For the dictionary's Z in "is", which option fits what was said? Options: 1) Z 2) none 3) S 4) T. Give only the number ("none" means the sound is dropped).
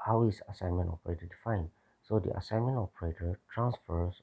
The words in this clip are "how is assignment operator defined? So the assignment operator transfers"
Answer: 3